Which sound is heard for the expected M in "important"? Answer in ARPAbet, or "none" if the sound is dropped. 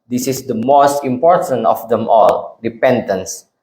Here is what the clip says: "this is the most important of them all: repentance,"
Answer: M